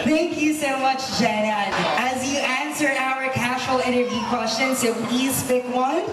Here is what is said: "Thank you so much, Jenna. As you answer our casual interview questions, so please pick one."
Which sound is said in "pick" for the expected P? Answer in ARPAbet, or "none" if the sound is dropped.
F